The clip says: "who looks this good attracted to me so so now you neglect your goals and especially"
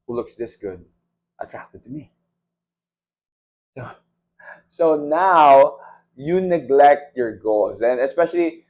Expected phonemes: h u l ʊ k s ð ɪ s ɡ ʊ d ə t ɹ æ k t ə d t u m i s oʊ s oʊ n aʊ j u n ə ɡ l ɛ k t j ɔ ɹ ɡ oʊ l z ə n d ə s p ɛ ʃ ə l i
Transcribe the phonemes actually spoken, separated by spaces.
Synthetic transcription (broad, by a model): h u l ʊ k s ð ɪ s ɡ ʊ d ə t ɹ æ k t ə d t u m i s oʊ s oʊ n aʊ j u n ə ɡ l ɛ k t j ɔ ɹ ɡ oʊ l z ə n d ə s p ɛ ʃ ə l i